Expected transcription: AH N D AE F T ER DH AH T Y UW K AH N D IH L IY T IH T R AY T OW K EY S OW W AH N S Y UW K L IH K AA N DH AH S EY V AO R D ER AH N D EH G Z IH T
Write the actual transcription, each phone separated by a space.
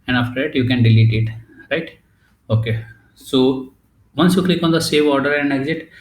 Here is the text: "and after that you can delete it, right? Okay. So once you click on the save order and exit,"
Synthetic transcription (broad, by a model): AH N D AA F T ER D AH T Y UW K AH N D IH L IY T IH T R AY T OW K EY S OW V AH N S Y UW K L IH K AA N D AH S EY V AO R D ER AH N D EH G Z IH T